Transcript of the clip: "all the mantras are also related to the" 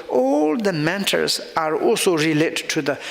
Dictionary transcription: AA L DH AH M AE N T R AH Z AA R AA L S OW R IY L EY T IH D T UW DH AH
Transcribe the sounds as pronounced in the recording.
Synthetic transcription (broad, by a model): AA L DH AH M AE N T AH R AA R AA L S OW R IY L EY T T UW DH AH